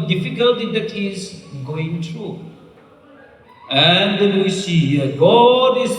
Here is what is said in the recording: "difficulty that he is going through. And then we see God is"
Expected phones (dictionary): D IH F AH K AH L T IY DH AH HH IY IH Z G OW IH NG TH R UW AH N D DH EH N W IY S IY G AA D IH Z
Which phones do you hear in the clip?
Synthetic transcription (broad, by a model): D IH F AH K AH L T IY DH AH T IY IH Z G OW IH NG T R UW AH N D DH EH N W IY S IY G AA D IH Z